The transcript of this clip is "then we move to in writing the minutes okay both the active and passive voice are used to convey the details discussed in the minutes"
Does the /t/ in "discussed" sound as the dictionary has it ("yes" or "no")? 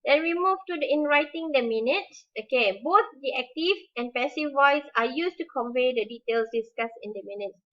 no